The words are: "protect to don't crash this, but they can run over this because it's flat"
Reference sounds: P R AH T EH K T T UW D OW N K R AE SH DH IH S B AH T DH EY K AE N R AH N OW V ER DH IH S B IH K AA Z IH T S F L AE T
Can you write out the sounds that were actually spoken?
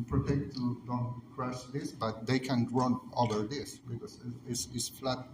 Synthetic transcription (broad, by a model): P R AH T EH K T T UW D OW N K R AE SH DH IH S B AH T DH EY K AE N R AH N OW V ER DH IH S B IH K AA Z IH S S F L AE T